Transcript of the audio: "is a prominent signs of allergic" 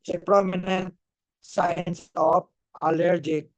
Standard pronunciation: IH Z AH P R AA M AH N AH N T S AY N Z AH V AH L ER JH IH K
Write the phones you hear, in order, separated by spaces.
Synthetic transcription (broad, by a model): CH AH P R AA M AH N AH N T S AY N S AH P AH L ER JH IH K